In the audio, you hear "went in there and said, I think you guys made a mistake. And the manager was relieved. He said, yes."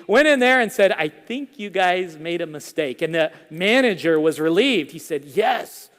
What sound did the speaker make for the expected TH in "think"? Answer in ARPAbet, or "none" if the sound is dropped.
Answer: TH